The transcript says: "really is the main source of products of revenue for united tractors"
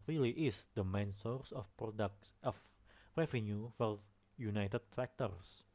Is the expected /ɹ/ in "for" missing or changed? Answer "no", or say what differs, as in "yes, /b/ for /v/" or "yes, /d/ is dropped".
yes, /l/ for /ɹ/